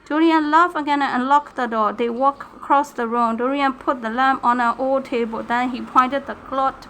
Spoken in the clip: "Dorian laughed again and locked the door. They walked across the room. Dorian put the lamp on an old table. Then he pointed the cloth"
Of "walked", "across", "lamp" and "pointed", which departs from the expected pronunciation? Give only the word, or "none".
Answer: walked